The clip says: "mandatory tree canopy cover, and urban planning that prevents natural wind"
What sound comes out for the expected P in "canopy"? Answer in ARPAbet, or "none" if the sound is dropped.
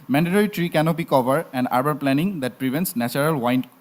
B